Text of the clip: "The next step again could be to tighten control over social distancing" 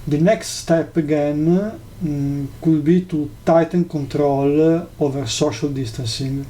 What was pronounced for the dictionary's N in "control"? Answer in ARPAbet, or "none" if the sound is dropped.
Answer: N